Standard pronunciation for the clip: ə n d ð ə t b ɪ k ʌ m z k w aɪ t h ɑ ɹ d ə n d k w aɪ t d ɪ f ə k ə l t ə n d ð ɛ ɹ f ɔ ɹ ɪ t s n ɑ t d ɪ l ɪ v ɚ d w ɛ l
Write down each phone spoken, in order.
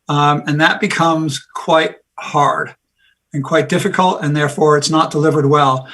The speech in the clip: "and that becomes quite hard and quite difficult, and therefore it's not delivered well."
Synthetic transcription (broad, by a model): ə n ð ə t b ɪ k ʌ m z k w aɪ t h ɑ ɹ d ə n k w aɪ t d ɪ f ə k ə l t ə n ð ɛ ɹ f ɔ ɹ ɪ t s n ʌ t d ɪ l ɪ v ɚ d w ɛ l